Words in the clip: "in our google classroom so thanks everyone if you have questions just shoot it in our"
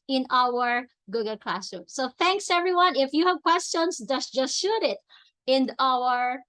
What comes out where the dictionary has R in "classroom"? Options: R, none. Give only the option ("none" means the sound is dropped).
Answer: none